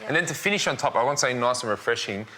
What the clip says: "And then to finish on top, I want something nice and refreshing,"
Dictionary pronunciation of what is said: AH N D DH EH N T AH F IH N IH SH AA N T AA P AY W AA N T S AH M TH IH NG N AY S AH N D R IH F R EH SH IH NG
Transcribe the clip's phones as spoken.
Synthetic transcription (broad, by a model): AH N DH EH N T AH F IH N IH SH N T AA P AY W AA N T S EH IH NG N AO AH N R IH F R EH SH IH NG